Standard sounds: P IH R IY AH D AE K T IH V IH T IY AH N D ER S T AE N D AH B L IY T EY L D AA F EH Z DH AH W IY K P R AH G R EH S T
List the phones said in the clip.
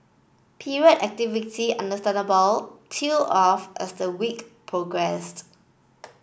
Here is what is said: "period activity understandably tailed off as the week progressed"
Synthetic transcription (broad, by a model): P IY R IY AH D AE K T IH V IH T IY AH N D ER S T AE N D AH B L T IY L AA F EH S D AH W IY K P R AH G R EH S T